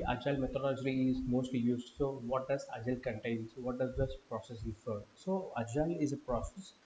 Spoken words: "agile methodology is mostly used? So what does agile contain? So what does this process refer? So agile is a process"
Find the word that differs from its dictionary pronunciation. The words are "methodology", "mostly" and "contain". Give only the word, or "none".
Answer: methodology